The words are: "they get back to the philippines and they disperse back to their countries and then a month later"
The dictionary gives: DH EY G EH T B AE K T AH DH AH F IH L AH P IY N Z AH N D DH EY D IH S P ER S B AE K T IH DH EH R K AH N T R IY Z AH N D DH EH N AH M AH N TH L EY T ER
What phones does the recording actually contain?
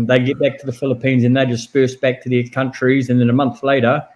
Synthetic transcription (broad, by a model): DH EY G EH T B AE K T AH DH AH F IH L AH P IY N Z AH N DH EY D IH S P ER S B AE K T IH DH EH K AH N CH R IY Z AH N DH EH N AH M AH N TH L EY T ER